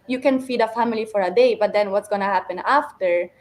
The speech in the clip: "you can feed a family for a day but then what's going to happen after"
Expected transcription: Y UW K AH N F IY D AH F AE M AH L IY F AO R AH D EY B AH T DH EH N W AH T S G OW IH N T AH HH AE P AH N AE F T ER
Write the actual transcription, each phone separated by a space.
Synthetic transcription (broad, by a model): Y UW K AH N F IY D AH F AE M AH L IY F AO R AH D EY B AH T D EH N W AH T S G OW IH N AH HH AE P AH N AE F T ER